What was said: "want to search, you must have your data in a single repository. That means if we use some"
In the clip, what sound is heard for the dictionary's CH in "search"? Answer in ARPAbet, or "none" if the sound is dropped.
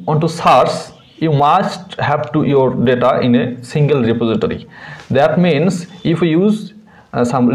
S